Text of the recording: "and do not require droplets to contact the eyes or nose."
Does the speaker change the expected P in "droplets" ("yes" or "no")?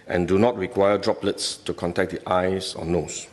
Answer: no